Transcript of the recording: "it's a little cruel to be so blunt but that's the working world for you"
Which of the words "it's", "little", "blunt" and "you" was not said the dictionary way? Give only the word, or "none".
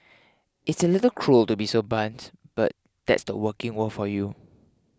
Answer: blunt